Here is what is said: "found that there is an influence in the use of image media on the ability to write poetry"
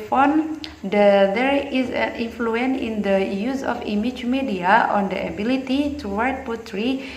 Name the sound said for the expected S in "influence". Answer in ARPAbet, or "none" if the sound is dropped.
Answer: none